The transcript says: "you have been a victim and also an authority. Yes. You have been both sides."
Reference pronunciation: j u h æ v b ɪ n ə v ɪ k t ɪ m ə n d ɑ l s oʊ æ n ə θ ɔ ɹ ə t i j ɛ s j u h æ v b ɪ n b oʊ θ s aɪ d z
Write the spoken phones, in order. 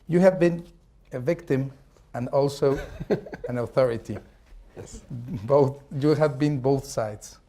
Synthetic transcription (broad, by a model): j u h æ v b ɪ n ə v ɪ k t ɪ m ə n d ɑ l s oʊ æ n ə θ ɔ ɹ ə t i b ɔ θ j u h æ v b ɪ n b oʊ θ s aɪ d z